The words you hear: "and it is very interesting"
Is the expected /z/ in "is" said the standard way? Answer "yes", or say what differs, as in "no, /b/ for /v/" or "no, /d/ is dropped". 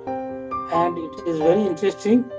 yes